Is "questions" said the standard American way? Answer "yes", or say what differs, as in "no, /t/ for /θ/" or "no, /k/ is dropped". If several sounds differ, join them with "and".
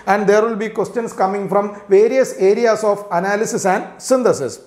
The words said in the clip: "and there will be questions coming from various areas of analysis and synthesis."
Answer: no, /s/ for /z/